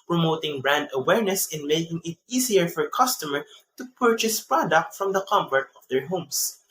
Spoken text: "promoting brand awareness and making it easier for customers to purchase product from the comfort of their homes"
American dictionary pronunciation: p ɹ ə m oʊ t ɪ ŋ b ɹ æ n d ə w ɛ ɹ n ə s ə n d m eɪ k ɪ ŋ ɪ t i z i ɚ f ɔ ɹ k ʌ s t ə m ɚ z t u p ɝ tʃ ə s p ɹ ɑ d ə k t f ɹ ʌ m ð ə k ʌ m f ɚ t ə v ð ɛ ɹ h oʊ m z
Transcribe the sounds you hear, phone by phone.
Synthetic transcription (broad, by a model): p ɹ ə m oʊ t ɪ ŋ b ɹ æ n d ə w ɛ ɹ n ə s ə n m eɪ k ɪ ŋ ɪ t i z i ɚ f ɔ ɹ k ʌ s t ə m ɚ t u p ɝ tʃ ə s p ɹ ɑ d ə k t f ɹ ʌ m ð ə k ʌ m p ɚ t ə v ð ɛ ɹ h oʊ m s